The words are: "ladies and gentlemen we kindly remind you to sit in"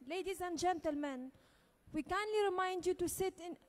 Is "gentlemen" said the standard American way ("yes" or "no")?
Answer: yes